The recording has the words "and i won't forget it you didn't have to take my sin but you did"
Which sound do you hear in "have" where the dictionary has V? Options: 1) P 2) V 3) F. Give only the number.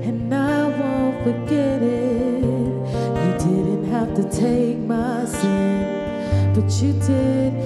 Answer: 3